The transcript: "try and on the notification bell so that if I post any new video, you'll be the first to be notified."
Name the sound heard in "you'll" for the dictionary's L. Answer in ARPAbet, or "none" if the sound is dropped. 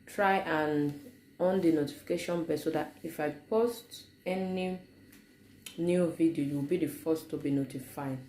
W